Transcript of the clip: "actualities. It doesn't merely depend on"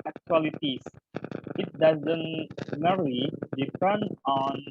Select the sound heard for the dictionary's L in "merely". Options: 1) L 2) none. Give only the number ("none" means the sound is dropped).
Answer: 2